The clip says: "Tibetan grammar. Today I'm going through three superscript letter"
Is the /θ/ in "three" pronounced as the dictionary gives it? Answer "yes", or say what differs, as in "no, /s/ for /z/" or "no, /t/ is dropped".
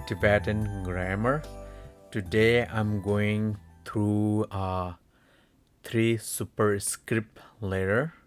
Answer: no, /t/ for /θ/